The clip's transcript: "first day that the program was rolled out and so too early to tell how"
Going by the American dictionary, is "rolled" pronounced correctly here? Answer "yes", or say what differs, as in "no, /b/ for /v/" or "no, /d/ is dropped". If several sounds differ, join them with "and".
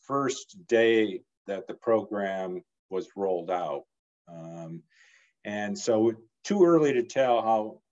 yes